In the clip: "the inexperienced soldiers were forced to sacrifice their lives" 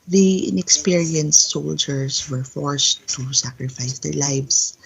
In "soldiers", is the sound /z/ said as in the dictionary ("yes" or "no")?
no